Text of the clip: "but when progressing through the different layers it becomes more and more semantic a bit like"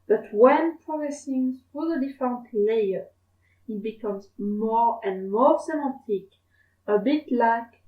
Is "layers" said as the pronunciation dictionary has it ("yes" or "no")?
no